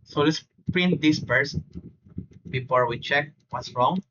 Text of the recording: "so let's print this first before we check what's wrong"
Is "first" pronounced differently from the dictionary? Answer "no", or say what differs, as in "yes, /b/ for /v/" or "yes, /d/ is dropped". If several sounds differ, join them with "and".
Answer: yes, /p/ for /f/